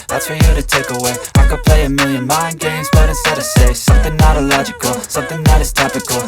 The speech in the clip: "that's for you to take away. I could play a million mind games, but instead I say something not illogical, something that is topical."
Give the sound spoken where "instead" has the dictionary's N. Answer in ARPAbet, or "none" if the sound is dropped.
none